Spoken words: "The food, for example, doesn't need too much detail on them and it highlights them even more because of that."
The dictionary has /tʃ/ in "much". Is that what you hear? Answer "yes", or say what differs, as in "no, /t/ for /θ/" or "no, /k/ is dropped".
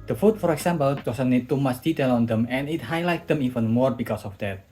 no, /s/ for /tʃ/